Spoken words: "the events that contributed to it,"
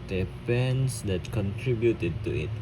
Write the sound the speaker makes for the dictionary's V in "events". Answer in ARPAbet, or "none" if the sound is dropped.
P